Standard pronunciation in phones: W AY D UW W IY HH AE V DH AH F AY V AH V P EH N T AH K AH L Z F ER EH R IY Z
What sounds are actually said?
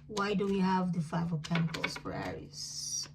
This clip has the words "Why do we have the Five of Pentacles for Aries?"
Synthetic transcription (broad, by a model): W AY D UW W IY HH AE V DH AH F AY V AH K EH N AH K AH L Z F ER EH R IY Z